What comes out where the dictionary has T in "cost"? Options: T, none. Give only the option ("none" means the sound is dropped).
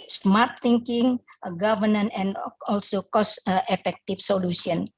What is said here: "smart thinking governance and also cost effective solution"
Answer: T